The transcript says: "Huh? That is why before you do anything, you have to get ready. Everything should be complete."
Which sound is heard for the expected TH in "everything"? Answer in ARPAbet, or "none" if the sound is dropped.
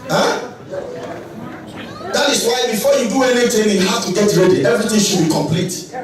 T